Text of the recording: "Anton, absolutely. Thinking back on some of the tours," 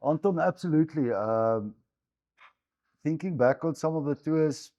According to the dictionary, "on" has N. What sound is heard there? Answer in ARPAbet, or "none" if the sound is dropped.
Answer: L